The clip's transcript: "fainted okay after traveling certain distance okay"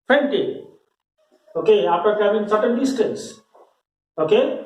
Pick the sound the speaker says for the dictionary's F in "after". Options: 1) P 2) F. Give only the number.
1